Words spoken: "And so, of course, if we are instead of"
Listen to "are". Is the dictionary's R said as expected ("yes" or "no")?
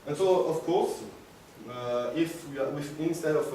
no